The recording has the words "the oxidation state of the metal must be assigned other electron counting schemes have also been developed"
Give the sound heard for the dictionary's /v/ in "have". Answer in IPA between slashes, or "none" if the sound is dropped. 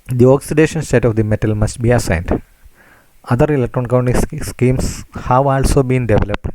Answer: /v/